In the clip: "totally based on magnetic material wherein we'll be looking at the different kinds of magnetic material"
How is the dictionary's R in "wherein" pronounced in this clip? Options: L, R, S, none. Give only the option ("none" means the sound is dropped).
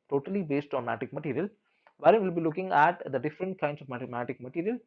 none